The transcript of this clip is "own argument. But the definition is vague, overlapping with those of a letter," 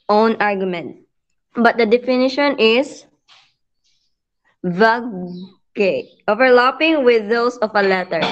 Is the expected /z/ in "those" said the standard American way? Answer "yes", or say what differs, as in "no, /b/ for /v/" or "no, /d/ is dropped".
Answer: no, /s/ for /z/